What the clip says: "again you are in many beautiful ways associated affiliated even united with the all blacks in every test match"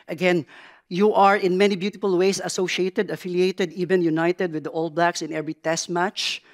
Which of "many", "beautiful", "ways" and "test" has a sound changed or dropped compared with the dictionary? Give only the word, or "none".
ways